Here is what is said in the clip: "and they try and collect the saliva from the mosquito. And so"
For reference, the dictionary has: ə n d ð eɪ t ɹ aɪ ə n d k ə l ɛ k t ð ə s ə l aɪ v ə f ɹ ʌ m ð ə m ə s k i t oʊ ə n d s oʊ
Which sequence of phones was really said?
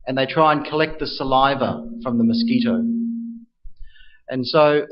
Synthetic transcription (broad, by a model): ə n ð eɪ t ɹ aɪ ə n k ə l ɛ k t ð ə s ə l aɪ v ə f ɹ ʌ m ð ə m ə s k i t oʊ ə n s oʊ